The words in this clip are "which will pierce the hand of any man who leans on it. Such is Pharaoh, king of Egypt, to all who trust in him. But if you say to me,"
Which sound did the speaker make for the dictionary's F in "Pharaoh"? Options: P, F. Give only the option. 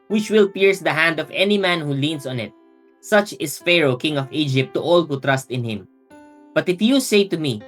F